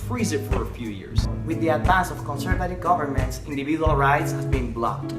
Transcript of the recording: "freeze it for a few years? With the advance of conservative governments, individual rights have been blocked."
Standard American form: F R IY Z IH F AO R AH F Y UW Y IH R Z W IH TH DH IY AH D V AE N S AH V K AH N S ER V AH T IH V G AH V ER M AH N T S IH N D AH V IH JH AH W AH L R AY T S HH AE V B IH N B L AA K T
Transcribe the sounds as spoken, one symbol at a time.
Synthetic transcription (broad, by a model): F R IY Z IH F AO R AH F Y UW Y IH R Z W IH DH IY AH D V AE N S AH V K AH N S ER V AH T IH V G AH V ER M AH N T S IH N D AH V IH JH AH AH L R AY T S HH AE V B IH N B L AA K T